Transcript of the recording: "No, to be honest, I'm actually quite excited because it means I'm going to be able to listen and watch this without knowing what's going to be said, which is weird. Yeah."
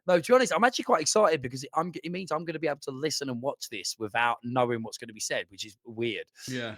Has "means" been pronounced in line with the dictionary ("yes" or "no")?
yes